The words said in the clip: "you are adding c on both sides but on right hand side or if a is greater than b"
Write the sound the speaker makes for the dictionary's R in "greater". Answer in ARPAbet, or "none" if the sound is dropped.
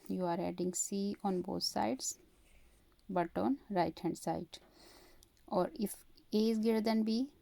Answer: none